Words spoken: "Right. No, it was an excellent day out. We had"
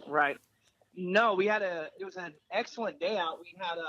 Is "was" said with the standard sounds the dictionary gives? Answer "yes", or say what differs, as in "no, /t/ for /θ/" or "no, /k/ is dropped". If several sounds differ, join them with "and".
yes